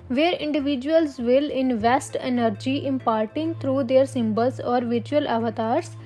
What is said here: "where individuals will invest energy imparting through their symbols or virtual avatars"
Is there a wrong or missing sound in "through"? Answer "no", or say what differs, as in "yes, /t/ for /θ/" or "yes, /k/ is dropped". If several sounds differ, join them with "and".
yes, /t/ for /θ/